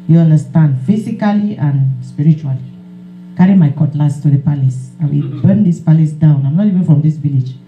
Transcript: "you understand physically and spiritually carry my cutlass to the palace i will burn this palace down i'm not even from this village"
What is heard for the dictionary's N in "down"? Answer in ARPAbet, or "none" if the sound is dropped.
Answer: N